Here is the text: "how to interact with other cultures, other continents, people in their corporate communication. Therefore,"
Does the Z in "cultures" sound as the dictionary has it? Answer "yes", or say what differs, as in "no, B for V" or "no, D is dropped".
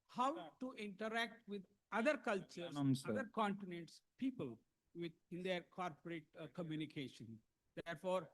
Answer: no, Z is dropped